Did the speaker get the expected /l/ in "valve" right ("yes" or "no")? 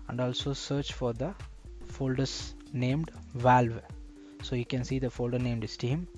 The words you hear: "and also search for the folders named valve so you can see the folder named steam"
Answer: yes